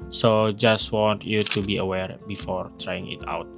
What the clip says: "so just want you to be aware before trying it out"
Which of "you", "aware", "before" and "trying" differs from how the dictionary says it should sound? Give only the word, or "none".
none